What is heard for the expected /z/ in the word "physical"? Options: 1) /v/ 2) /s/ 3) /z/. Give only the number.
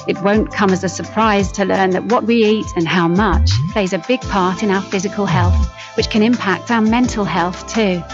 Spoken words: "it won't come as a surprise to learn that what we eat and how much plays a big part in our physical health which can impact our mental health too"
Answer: 3